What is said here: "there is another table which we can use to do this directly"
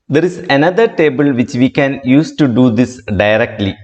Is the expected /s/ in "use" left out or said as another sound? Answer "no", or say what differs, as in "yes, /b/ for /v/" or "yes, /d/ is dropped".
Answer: no